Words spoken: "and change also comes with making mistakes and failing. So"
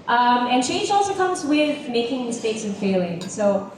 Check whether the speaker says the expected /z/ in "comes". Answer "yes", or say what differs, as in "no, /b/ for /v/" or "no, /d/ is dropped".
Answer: yes